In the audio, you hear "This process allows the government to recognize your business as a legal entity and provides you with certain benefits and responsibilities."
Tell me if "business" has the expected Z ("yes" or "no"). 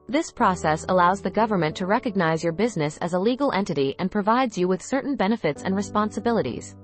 yes